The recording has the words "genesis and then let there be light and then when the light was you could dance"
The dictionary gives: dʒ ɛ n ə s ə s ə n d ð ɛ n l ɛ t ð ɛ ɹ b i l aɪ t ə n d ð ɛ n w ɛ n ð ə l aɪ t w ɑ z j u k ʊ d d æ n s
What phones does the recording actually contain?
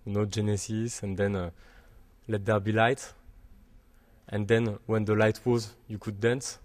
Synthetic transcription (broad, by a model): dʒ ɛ n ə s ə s ə n d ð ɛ n l ɛ t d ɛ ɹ b i l aɪ t ə n d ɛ n w ɛ n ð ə l aɪ t w ɑ z j u k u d d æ n s